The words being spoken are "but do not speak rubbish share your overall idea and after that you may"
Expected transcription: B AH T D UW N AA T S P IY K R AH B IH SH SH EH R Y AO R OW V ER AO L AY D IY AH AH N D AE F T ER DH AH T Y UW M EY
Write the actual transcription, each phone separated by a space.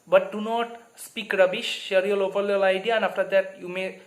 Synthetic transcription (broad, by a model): B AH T D UW N AA T S P IY K R AH B IH SH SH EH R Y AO L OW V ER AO L AY D IY AH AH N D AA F T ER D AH T Y UW M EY